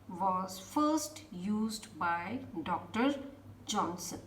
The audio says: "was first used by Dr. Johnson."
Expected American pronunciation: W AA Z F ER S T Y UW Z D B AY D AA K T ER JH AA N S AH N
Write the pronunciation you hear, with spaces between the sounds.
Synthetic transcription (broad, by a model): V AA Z F ER S T Y UW Z D B AY D AA K T ER JH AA N S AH N